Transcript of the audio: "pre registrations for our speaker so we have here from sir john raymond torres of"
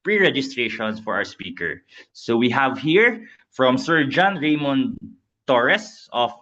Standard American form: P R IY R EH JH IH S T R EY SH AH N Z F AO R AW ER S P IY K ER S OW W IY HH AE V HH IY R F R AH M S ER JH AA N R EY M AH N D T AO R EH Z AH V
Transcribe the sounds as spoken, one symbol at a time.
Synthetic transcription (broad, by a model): P R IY R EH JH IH S T R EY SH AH N S F AO R AW ER S P IY K ER S OW W IY HH AE V HH IY R F R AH M S ER JH AA N R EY M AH N T AO R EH S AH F